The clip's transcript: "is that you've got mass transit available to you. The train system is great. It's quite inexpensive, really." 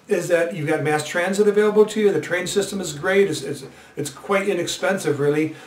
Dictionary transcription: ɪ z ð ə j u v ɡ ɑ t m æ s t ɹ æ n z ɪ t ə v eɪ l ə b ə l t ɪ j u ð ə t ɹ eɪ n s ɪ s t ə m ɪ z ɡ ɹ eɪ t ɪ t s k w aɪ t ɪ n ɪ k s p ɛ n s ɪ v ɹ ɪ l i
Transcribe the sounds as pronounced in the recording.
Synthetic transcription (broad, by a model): ɪ z ð ə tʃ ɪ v ɡ ɑ t m æ s t ɹ æ n z ɪ t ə v eɪ l ə b l t ɪ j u ð ə t ɹ eɪ n s ɪ s t ə m ɪ z ɡ ɹ eɪ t ɪ t s k w aɪ t ɪ n ɪ k s p ɛ n s ɪ v ɹ ɪ l i